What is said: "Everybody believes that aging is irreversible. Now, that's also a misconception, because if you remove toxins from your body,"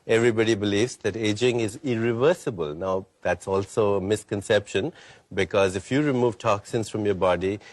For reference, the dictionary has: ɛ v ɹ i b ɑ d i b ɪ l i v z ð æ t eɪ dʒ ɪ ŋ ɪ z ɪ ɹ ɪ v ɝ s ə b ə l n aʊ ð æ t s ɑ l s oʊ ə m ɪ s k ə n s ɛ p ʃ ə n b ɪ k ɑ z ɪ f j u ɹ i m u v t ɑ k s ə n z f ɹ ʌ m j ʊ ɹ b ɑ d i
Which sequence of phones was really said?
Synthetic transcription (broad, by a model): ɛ v ɹ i b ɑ d i b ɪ l i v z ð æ t eɪ dʒ ɪ ŋ ɪ z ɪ ɹ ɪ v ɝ s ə b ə l n aʊ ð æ t s ɑ l s oʊ ə m ɪ s k ə n s ɛ p ʃ ə n b ɪ k ɑ z ɪ f j u ɹ i m u v t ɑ k s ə n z f ɹ ʌ m j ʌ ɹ b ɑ d i